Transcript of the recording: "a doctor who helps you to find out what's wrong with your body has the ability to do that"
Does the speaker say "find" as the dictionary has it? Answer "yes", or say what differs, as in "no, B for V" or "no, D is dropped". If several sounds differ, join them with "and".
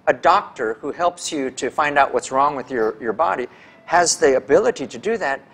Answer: yes